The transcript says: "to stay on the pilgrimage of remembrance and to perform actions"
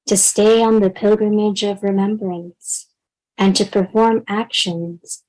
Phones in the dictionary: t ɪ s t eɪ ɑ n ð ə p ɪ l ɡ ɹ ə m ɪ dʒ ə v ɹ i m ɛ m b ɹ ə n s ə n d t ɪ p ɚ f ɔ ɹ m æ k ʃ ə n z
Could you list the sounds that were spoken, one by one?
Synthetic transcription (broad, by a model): t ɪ s t eɪ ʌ n ð ə p ɪ l ɡ ɹ ə m ɪ dʒ ə v ɹ i m ɛ m b ɹ ə n s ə n t ɪ p ɚ f ɔ ɹ m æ k ʃ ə n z